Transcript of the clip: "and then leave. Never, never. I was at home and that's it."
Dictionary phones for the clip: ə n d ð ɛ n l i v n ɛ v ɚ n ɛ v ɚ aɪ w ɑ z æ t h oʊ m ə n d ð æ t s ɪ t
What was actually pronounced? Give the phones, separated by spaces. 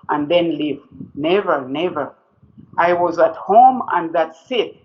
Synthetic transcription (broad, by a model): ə n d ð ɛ n l i v n ɛ v ɚ n ɛ v ɚ aɪ w ɑ z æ t h oʊ m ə n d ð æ t s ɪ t